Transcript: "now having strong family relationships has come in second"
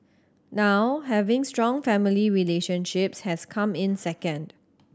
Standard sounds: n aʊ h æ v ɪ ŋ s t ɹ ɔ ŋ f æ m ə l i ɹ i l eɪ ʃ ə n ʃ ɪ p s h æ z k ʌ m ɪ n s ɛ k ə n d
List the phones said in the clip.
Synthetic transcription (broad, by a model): n aʊ h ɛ v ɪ ŋ s t ɹ ɔ ŋ f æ m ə l i ɹ i l eɪ ʃ ə n ʃ ɪ p s h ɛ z k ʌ m ɪ n s ɛ k ə n d